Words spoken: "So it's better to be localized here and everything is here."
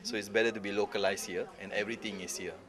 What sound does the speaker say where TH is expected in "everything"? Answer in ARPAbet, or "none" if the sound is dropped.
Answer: T